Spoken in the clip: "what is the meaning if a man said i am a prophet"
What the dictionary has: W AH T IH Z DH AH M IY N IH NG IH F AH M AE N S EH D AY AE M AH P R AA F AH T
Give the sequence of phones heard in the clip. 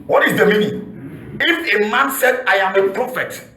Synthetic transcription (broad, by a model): W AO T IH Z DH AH M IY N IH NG IH F AH M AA N S EH D AY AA M AH P R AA F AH T